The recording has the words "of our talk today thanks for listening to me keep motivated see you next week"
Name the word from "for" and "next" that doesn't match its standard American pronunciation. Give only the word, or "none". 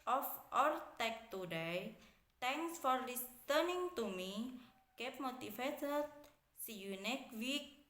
next